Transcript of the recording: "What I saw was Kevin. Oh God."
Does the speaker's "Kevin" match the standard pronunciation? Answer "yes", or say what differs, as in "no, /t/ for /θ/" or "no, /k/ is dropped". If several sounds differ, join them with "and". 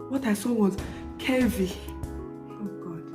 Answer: no, /n/ is dropped